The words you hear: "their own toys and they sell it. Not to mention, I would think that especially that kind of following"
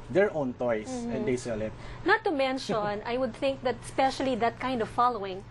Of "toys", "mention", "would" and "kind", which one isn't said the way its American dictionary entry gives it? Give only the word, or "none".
toys